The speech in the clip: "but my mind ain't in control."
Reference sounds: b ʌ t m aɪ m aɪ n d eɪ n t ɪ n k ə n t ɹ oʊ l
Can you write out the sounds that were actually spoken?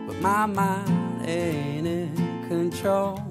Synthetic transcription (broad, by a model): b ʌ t m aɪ m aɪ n eɪ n ɪ k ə n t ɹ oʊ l